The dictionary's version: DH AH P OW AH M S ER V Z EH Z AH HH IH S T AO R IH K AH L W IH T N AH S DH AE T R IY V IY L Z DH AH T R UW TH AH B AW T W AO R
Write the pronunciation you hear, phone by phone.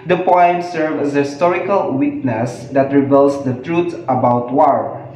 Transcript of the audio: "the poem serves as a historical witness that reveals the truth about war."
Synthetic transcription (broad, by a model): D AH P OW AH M S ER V EH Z AH HH IH S T AO R IH K AH L W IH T N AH S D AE T R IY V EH L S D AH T R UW T AH B AW T W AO R